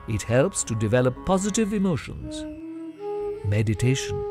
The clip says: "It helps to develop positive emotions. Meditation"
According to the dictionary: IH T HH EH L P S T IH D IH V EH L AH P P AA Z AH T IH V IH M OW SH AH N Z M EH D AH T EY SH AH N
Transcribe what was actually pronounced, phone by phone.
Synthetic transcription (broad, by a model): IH T HH EH L P S T IH D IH V EH L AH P P AA Z AH T IH V IH M OW SH AH N Z M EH D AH T EY SH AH N